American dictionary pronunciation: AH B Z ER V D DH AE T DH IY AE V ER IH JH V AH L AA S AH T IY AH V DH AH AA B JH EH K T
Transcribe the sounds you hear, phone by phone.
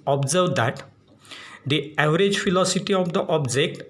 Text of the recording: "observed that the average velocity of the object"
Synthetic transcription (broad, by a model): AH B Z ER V D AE T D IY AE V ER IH JH F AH L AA S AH T IY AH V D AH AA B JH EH K T